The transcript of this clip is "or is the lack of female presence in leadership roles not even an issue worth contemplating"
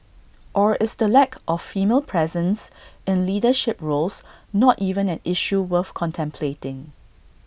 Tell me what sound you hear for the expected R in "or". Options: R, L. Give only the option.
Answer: R